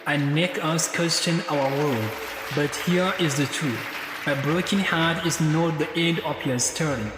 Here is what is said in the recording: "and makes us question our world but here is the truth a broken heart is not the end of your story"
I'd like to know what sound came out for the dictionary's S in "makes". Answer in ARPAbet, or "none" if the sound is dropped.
none